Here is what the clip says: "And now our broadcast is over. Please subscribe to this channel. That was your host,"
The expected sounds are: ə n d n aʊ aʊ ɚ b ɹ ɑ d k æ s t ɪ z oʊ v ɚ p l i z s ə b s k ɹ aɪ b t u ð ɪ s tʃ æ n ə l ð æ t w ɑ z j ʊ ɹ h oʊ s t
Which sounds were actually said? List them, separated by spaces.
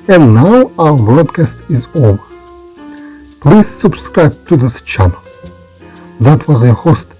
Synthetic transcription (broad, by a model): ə n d n aʊ aʊ ɚ b ɹ ɑ d k æ s t ɪ z oʊ v ɚ p l i z s ə b s k ɹ aɪ b t u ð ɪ s tʃ æ n ə l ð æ t w ɑ z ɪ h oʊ s t